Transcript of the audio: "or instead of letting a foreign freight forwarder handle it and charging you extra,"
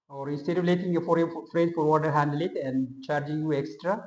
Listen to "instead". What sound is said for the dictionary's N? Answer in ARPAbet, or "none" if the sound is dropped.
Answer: none